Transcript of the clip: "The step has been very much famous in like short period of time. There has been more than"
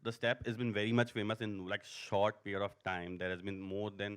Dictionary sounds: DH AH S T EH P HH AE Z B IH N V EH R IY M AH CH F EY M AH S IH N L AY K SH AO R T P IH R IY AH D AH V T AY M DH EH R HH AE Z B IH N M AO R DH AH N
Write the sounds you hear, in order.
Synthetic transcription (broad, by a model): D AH S T EH P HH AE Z B IH N V EH R IY M AH CH F EY M AH S IH N L AY K SH AO R T P IH R IY AH D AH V T AY M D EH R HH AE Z B IH N M AO R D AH N